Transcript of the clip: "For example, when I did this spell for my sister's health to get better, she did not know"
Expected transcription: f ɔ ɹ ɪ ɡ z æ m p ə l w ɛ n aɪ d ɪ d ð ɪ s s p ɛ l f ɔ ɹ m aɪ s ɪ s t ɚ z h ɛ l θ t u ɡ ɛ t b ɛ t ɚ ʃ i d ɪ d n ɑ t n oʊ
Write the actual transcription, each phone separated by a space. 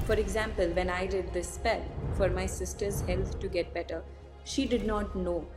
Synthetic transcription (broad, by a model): f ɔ ɹ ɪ ɡ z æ m p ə l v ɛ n aɪ d ɪ d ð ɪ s s p ɛ l f ɔ ɹ m aɪ s ɪ s t ɚ z h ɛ l t t u ɡ ɛ t b ɛ t ɚ ʃ i d ɪ d n ɑ t n oʊ